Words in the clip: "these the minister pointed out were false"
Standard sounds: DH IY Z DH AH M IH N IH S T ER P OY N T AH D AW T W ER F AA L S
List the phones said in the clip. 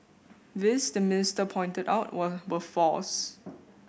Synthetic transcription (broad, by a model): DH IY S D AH M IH N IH S T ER P OY N T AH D AW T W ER F AA S